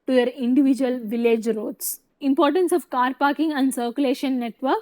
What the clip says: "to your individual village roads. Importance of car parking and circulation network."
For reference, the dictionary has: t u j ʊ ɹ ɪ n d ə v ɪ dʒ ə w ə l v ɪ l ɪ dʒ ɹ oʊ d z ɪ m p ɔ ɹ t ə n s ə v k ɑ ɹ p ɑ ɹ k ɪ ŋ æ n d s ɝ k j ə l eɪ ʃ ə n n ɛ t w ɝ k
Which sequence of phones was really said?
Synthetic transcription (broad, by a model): t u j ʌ ɹ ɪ n d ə v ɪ dʒ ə ə l v ɪ l ɪ dʒ ɹ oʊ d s ɪ m p ɔ ɹ t ə n s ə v k ɑ ɹ p ɑ ɹ k ɪ ŋ æ n d s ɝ k j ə l eɪ ʃ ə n n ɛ t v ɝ k